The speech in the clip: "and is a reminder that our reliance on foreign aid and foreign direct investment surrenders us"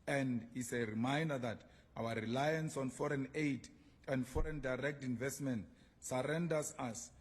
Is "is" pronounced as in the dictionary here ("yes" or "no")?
no